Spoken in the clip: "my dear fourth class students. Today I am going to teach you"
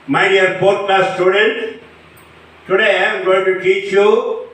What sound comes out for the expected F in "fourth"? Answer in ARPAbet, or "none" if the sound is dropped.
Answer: P